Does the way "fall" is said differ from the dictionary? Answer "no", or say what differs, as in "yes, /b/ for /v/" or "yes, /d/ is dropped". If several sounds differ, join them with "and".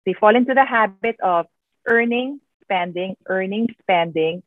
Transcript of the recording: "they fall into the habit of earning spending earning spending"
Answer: no